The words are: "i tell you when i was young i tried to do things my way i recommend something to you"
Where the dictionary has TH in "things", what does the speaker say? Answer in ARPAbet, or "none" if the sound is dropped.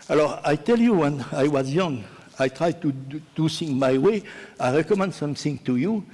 S